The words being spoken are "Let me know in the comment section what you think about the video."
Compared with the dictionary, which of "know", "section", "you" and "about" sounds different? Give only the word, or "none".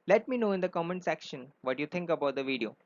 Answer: none